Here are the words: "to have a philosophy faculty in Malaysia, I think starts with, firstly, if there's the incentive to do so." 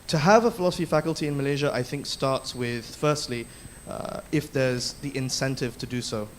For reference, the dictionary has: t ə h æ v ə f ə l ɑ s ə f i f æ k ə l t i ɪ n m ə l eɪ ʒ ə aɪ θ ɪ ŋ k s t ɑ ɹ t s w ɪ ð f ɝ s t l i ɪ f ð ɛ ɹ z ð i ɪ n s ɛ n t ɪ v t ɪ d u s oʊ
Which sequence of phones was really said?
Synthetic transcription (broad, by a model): t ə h v ə f ə l ɑ s ə f i f æ k ə l t i ɪ n m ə l eɪ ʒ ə aɪ θ ɪ ŋ k s t ɑ ɹ t s w ɪ ð f ɝ s t l i ɪ f ð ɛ ɹ z ð i ɪ n s ɛ n t ɪ v t ɪ d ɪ s oʊ